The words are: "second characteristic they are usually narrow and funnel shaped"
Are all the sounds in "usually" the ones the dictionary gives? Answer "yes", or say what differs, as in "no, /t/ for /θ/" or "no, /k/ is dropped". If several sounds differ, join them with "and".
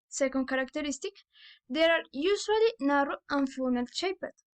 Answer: no, /s/ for /ʒ/